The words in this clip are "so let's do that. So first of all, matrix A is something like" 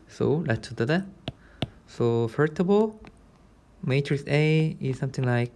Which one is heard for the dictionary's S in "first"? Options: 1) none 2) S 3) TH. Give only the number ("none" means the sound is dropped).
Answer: 1